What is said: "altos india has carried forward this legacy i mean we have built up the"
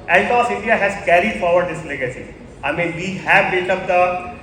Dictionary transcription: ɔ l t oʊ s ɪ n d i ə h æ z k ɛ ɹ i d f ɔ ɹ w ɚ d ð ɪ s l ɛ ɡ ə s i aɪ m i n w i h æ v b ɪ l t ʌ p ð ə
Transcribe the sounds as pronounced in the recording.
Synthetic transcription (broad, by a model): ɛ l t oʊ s ɪ n d i ə h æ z k ɛ ɹ i d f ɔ ɹ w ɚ d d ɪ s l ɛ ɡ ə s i aɪ m i n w i h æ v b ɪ t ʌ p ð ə